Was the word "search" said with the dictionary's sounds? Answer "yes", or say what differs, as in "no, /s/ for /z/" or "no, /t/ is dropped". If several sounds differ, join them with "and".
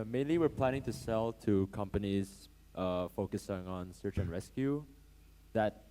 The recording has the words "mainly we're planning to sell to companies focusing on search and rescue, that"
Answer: yes